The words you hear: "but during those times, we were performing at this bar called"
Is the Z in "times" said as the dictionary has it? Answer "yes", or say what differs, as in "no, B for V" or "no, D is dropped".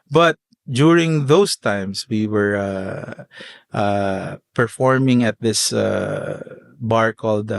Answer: no, S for Z